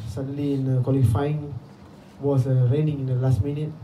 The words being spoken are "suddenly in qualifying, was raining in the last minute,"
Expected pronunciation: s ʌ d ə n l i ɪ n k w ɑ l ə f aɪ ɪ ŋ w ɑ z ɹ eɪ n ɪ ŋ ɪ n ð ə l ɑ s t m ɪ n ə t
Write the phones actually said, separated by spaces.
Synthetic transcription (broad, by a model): s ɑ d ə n l i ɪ n k w ɑ l ə f aɪ ɪ ŋ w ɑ s ɹ eɪ n ɪ ŋ ɪ n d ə l ɑ s t m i n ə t